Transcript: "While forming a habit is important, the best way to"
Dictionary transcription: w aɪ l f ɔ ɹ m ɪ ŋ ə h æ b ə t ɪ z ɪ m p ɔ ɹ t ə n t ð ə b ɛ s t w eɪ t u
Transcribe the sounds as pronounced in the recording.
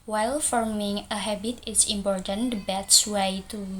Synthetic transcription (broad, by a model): w aɪ l f ɔ ɹ m ɪ ŋ ə h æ b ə t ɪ s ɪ m p ɔ ɹ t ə n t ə b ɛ t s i t u